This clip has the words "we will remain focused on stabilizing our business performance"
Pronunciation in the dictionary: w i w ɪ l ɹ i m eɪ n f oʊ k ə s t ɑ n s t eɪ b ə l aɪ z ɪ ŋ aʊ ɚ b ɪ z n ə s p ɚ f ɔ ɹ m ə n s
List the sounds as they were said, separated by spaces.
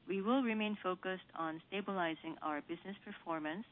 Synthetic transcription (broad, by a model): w i w ɪ l ɹ i m eɪ n f oʊ k ə s t ɑ n s t eɪ b ə l aɪ z ɪ ŋ aʊ ɚ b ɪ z n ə s p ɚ f ɔ ɹ m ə n s